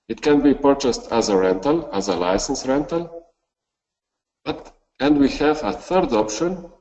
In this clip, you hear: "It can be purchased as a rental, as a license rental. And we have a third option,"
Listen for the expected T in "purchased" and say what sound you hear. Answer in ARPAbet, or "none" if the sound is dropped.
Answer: T